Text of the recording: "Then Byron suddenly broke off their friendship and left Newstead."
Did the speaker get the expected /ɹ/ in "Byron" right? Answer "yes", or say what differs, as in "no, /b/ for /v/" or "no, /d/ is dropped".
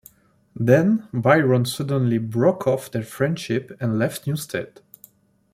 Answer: yes